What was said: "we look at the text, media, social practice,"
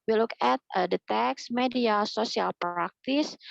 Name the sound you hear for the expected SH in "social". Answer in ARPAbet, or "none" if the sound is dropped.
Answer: S